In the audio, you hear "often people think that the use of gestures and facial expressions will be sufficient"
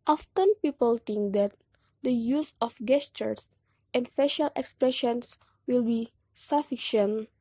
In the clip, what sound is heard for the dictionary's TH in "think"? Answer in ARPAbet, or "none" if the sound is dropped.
T